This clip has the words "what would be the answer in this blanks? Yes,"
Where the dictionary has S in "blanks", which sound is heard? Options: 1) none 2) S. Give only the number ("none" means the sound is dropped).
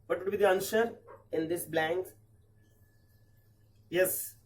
1